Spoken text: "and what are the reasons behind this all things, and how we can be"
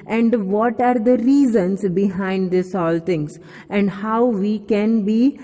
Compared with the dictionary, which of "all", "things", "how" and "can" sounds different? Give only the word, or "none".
things